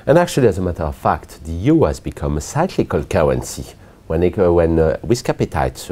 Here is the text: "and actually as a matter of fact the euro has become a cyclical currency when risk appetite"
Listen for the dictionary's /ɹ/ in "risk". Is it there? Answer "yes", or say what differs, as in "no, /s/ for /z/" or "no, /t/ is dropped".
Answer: no, /w/ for /ɹ/